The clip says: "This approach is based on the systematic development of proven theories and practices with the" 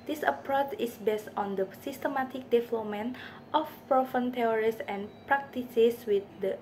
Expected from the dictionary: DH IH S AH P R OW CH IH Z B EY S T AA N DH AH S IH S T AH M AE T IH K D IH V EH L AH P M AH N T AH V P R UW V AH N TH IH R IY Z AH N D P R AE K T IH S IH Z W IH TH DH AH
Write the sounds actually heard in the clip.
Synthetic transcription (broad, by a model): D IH S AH P R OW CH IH S B EY S T AA N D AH S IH S T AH M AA T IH K D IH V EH L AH P M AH N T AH F P R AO F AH N T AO R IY S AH N P R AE K T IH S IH S W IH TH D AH